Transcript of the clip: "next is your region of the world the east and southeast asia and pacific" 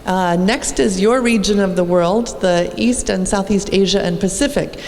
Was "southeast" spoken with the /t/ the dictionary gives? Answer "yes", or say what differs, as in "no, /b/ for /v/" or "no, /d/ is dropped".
yes